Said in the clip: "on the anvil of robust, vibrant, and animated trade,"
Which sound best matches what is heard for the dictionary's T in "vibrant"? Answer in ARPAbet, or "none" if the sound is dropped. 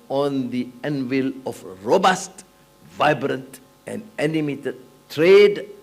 T